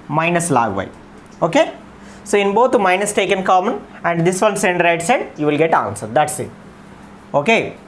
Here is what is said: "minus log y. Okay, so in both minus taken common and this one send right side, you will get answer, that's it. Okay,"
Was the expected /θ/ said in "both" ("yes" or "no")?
no